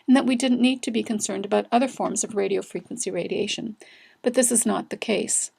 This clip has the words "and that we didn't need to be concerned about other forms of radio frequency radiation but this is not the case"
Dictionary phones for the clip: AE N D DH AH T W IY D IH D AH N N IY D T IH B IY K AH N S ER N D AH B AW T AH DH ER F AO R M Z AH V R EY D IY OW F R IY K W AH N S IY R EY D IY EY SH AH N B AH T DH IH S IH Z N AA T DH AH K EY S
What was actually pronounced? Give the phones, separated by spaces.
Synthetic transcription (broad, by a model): N DH AH T W IY D IH D N N IY D T IH B IY K AH N S ER N D AH B AW T AH DH ER F AO R M Z AH V R EY D IY OW F R IY K W AH N S IY R EY D IY EY SH AH N B AH T DH IH S IH Z N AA T DH AH K EY S